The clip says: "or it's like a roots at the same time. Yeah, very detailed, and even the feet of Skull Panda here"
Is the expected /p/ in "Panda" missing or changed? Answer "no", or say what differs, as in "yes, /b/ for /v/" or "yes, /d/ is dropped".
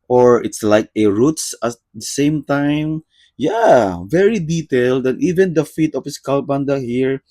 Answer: yes, /b/ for /p/